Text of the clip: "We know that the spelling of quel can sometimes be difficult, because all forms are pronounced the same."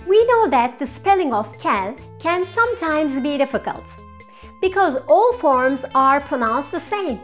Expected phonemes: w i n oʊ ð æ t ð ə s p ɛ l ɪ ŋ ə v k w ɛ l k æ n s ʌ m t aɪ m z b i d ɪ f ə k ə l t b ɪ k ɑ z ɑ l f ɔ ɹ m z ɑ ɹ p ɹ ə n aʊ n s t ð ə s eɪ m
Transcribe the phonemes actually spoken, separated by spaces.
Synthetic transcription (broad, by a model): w i n oʊ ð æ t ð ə s p ɛ l ɪ ŋ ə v k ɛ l k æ n s ʌ m t aɪ m z b i d ɪ f ə k ə l t b ɪ k ɑ z ɑ l f ɔ ɹ m z ɑ ɹ p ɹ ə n aʊ n s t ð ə s eɪ m